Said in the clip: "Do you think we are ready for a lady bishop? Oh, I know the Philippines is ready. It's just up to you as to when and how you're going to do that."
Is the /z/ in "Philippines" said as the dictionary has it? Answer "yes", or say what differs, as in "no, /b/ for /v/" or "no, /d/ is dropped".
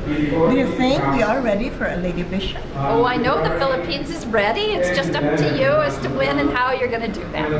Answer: yes